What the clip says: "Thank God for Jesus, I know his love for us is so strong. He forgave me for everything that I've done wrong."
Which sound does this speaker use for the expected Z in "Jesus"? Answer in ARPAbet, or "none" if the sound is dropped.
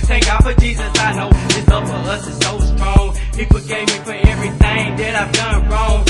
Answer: Z